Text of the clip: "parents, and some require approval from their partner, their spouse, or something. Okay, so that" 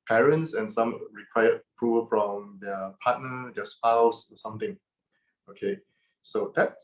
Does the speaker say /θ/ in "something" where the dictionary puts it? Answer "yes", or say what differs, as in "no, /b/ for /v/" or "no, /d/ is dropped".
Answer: no, /t/ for /θ/